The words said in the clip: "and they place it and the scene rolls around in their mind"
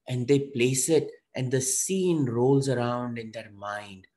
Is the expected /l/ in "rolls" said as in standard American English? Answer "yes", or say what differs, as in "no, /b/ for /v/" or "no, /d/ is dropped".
yes